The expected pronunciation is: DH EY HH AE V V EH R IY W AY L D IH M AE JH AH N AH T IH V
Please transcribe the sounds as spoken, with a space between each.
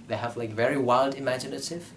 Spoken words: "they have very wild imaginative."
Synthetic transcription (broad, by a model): DH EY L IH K V EH R IY W AY L D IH M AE JH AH N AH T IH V